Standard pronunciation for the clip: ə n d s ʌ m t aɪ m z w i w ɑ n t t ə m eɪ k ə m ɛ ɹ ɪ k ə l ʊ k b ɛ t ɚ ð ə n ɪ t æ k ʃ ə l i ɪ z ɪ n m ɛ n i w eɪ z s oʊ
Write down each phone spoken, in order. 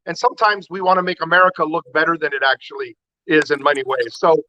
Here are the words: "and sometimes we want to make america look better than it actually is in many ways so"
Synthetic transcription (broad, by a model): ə n s ʌ m t aɪ m z w i w ɑ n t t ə m eɪ k ə m ɛ ɹ ɪ k ə l ʊ k b ɛ t ɚ ð ə n ɪ t æ k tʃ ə l i ɪ z ɪ n m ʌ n i w eɪ z s oʊ